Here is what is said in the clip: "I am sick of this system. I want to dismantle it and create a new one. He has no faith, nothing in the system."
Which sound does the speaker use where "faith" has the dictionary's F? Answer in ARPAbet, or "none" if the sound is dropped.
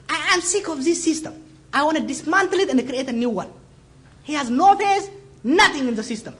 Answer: P